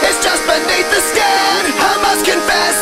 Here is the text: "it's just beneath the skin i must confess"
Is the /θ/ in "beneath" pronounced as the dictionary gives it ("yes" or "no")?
no